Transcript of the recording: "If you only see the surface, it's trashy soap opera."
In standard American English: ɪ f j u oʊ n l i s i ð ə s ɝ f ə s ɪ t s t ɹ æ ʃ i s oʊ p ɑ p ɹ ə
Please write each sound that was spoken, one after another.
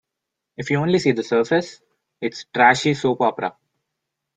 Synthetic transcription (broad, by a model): ɪ f j u oʊ n l i s i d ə s ɝ f ə s ɪ t s t ɹ æ ʃ i s oʊ p ɑ p ɹ ə